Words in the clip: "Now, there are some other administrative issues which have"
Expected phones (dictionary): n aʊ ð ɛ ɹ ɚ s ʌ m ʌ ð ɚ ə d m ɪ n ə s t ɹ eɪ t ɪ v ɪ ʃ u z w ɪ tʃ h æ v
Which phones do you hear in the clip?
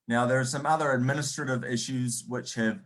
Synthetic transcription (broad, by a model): n aʊ ð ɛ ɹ s ʌ m ʌ ð ɚ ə d m ɪ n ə s t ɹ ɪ t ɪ v ɪ ʃ u z w ɪ tʃ h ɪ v